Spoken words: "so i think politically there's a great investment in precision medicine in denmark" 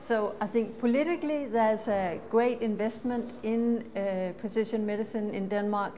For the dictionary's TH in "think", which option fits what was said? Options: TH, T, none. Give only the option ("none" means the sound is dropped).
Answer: TH